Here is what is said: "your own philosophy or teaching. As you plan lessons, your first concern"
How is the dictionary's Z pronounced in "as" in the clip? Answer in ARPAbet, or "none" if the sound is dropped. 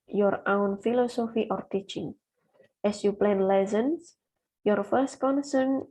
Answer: S